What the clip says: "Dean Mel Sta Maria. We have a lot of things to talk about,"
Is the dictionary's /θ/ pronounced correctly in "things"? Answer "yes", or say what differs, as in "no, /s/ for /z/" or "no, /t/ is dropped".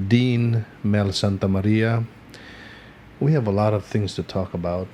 yes